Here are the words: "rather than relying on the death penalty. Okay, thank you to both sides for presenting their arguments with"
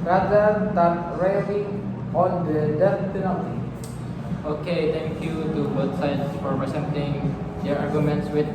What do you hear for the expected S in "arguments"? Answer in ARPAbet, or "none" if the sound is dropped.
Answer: S